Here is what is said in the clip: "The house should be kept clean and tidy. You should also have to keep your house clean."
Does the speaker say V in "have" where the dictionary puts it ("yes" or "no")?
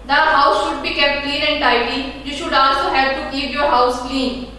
no